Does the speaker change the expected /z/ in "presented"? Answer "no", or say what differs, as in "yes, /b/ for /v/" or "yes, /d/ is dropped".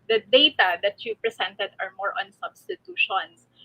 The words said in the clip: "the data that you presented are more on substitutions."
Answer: yes, /s/ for /z/